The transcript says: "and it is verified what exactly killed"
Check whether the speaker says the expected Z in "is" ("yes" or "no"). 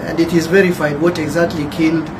yes